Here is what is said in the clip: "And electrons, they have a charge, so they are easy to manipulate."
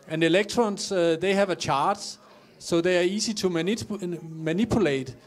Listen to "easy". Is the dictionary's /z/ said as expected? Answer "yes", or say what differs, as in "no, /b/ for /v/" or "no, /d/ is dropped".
no, /s/ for /z/